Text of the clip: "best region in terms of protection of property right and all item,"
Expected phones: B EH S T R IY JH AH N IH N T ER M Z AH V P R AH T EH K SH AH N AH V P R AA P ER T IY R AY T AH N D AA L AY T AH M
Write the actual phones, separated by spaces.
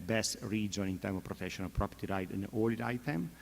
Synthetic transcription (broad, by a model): B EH S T R IY JH AH N IH N T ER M AH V P R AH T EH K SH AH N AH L P R AA P ER T IY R AY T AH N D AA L AY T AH M